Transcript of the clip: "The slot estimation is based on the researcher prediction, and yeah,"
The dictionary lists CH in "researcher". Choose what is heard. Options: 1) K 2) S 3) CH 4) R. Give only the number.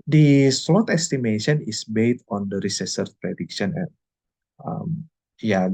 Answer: 2